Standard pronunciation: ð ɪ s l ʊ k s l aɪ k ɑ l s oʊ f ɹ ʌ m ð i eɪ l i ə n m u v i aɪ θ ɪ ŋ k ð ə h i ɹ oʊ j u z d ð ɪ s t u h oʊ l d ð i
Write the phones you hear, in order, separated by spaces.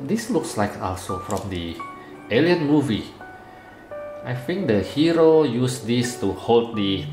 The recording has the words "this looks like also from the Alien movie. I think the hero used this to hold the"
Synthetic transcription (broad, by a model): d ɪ s l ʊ k s l aɪ k ɑ l s oʊ f ɹ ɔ m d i eɪ l i ə n m u v i aɪ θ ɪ ŋ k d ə h i ɹ oʊ j u s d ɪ s t u h oʊ l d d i